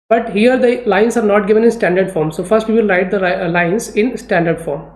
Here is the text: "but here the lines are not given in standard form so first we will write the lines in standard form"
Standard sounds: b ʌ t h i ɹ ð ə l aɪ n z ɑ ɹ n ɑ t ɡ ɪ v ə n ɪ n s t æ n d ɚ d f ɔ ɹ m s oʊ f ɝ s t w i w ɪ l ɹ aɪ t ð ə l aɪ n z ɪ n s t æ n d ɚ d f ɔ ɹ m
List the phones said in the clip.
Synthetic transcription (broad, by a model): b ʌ t h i ɹ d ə l aɪ n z ɑ ɹ n ɑ t ɡ ɪ v ə n ɪ n s t æ n d ɚ d f ɔ ɹ m s oʊ f ɝ s t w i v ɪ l ɹ aɪ t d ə l aɪ n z ɪ n s t æ n d ɚ d f ɔ ɹ m